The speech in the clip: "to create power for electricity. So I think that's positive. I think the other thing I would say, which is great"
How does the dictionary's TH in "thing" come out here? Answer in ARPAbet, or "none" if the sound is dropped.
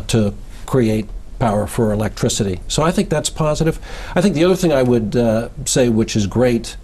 TH